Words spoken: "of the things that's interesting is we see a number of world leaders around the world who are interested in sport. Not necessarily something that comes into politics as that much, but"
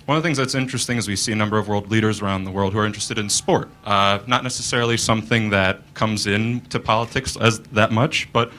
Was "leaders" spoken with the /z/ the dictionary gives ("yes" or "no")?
yes